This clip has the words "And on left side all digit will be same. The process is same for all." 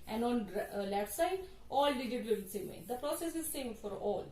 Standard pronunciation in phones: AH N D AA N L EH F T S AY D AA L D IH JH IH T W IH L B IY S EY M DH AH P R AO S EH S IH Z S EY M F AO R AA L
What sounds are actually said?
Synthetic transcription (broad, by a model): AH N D AA N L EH T S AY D AA L D IH JH IH T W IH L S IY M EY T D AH P R AO S EH S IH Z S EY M F AO R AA L